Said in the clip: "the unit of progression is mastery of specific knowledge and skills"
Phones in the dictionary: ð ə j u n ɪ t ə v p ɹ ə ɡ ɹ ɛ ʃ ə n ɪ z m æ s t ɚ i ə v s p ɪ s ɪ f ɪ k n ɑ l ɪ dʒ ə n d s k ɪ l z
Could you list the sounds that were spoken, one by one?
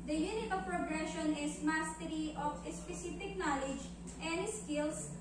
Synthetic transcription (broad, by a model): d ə j u n ɪ t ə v p ɹ ə ɡ ɹ ɛ ʃ ə n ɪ s m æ s t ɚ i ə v s p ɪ s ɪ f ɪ k n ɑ l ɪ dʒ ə n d s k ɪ l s